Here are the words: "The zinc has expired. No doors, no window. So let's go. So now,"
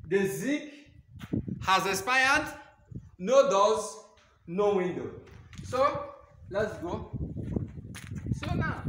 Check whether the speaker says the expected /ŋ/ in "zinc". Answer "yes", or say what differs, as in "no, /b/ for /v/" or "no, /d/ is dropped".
no, /ŋ/ is dropped